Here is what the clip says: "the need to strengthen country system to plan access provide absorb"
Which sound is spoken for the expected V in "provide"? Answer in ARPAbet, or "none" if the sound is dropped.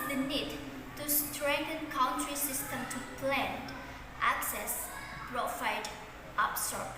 F